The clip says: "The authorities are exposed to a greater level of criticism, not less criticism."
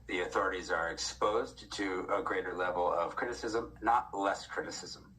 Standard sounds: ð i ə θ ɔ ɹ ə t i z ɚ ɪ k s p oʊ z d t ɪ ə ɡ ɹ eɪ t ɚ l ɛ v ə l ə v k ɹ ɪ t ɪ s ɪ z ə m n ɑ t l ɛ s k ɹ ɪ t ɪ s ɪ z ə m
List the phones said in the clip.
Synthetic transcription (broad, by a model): ð i ə θ ɔ ɹ ə t i z ɚ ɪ k s p oʊ z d t ɪ ə ɡ ɹ eɪ t ɚ l ɛ v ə l ə v k ɹ ɪ t ɪ s ɪ z ə m n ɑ t l ɛ s k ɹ ɪ t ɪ s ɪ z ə m